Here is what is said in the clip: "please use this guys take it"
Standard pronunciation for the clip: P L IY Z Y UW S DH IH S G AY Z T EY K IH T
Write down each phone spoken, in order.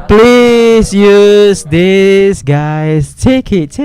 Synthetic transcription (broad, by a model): P L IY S Y UW S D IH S G AY S T EY K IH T